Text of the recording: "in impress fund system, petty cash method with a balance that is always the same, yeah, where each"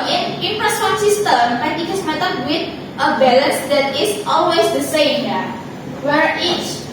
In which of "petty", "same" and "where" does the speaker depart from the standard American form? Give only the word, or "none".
petty